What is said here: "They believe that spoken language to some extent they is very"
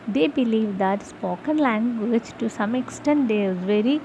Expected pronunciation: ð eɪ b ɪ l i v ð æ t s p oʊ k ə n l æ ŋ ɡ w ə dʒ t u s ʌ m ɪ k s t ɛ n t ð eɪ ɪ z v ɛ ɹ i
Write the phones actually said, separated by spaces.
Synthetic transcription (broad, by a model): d eɪ b ɪ l i v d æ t s p oʊ k ə n l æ ŋ ɡ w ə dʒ t u s ʌ m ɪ k s t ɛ n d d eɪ ɪ z v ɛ ɹ i